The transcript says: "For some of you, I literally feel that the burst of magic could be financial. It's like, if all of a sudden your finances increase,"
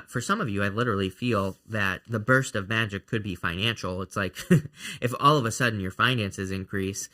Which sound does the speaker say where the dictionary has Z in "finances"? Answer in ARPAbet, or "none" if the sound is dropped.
Z